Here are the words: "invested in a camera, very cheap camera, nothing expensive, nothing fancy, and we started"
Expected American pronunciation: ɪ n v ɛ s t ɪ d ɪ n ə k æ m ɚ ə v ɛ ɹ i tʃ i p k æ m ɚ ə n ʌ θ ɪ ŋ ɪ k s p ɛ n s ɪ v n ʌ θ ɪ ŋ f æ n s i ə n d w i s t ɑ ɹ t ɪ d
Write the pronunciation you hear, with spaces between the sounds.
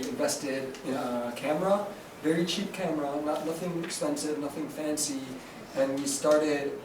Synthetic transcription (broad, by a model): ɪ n v ɛ s t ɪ d ɪ n ə k æ m ɚ ə v ɛ ɹ i tʃ i p k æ m ɚ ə n ʌ θ ɪ ŋ ɪ k s p ɛ n s ɪ v n ʌ θ ɪ ŋ f æ n s i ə n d w i s t ɑ ɹ t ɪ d